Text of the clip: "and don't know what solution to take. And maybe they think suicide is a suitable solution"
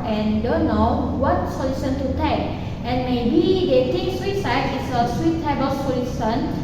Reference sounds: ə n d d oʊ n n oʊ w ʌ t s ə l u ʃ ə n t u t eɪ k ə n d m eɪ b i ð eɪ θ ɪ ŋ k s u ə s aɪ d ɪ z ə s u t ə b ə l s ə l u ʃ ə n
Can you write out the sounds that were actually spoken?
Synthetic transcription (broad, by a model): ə n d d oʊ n n oʊ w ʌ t s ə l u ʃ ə n t u t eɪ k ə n m eɪ b i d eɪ t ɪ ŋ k s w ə s aɪ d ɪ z ə s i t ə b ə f s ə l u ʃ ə n